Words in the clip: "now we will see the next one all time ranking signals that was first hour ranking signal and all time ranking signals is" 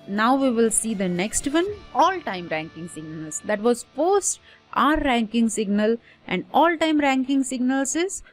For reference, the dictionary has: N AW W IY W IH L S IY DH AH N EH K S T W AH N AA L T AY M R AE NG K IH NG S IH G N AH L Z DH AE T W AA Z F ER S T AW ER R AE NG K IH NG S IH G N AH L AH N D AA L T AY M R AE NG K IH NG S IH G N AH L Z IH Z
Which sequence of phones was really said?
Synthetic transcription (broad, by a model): N AW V IY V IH L S IY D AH N EH K S T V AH N AA L T AY M R AE NG K IH NG S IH G N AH L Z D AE T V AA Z P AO S T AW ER R AE NG K IH NG S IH G N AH L AH N D AA L T AY M R AE NG K IH NG S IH G N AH L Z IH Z